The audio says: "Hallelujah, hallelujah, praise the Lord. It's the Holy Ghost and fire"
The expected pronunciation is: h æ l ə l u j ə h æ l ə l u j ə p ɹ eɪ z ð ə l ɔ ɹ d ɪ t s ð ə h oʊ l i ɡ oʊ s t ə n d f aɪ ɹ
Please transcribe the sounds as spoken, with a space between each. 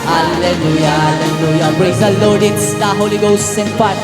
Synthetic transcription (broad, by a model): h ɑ l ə l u j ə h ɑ l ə l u j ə b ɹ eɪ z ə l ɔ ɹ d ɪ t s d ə h oʊ l i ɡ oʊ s ə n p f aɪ